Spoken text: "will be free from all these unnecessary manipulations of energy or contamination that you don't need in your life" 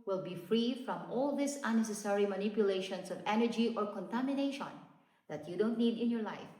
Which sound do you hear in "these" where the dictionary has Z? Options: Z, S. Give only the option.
S